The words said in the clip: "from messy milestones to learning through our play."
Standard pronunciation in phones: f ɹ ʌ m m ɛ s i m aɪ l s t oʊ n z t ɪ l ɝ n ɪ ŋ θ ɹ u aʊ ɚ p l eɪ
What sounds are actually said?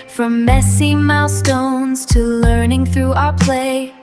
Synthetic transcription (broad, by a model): f ɹ ʌ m m ɛ s i m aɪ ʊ s t oʊ n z t ɪ l ɝ n ɪ ŋ θ ɹ u aʊ ɚ p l eɪ